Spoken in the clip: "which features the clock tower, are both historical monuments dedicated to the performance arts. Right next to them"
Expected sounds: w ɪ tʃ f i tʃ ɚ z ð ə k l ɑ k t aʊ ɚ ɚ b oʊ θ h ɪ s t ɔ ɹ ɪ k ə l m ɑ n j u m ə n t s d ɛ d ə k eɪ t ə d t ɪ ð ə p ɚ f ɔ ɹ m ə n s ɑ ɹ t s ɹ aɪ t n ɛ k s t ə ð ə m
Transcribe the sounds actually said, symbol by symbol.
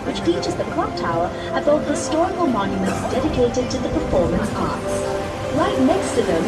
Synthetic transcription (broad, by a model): w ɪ tʃ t i tʃ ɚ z ð ə k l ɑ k t aʊ ɚ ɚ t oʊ h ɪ s t ɔ ɹ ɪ k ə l m ɑ n j u m ə n t s d ɛ d ə k eɪ t ə d t ɪ ð ə p ɚ f ɔ ɹ m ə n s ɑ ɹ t s l aɪ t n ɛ k s t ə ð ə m